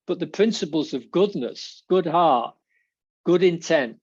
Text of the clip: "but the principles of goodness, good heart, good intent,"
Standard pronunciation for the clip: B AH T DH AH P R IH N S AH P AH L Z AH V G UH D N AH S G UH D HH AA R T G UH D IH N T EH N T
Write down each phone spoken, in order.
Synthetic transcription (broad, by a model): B AH T DH AH P R IH N S AH P AH L Z AH V G UH D N AH S G UH D HH AA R T G UH D IH N T EH N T